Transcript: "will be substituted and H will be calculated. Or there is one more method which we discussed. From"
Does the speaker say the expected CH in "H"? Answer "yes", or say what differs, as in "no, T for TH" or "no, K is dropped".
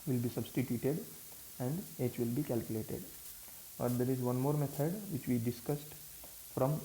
yes